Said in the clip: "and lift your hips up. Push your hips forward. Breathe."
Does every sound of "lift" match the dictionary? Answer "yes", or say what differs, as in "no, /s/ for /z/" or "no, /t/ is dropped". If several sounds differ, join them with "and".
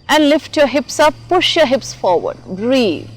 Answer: yes